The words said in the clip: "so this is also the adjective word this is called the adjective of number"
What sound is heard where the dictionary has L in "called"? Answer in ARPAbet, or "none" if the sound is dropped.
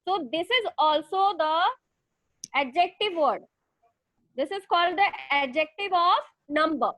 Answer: L